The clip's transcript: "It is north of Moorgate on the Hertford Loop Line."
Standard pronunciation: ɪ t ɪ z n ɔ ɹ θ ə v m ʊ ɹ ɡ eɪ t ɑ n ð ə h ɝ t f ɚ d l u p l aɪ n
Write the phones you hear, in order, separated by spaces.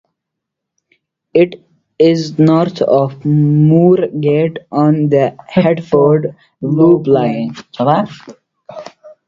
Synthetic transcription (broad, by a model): ɪ t ɪ z n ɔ ɹ t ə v m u ɹ ɡ eɪ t ɑ n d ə h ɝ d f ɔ d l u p l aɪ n